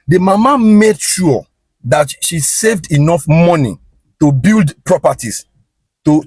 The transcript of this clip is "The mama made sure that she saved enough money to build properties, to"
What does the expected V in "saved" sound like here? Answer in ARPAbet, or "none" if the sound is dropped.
V